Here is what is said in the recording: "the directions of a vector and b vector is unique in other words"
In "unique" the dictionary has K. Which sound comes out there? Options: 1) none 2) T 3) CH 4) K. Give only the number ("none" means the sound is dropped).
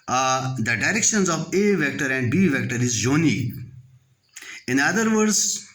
1